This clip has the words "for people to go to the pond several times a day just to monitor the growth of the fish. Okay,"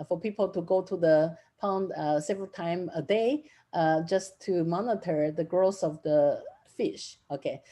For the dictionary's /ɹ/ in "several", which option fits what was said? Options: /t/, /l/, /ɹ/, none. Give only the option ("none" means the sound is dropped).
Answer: /ɹ/